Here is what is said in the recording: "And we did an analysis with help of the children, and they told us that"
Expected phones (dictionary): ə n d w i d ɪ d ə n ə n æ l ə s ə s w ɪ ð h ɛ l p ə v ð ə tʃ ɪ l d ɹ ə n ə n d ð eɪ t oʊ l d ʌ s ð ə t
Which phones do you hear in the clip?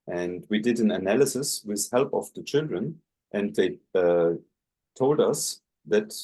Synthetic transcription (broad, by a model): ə n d w i d ɪ d ə n ə n æ l ə s ə s w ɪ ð h ɛ l p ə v ð ə tʃ ɪ l d ɹ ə n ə n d ð eɪ t oʊ l d ʌ s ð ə t